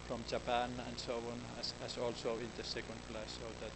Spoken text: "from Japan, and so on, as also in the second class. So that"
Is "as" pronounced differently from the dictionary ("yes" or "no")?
yes